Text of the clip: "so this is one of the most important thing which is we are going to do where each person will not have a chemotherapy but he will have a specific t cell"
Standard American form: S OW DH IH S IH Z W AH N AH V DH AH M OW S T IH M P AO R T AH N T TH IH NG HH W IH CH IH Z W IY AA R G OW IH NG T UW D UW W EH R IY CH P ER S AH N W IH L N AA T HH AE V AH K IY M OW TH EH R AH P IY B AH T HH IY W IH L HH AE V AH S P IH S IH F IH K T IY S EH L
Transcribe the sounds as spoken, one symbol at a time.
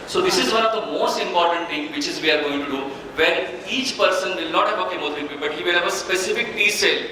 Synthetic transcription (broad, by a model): S OW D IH S IH Z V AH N AH V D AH M OW S T IH M P AO R T AH N T T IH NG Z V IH CH IH Z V IY AA R G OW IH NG T UW D UW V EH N IY CH P ER S AH N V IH L N AA T HH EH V AH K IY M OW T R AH B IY B AH T HH IY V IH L HH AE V AH S P IH S IH F IH K T IY S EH L